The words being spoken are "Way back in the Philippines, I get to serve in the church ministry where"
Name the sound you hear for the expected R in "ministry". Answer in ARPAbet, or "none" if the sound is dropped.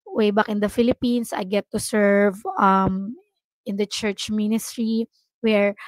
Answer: R